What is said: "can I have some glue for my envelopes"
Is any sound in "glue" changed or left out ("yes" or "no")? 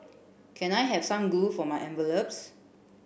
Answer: yes